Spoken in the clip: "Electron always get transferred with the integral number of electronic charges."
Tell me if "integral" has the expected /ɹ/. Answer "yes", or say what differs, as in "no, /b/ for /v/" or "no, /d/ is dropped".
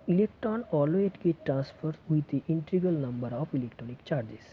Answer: no, /ɹ/ is dropped